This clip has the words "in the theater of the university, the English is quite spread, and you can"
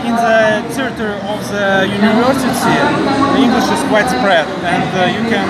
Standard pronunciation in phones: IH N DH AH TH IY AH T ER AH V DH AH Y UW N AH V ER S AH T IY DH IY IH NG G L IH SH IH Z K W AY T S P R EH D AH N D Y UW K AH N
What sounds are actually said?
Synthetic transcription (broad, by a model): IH N DH AH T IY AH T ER AH V DH AH Y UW N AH V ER S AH S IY DH IY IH NG G L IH SH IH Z K W AY T S P R EH D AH N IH Y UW K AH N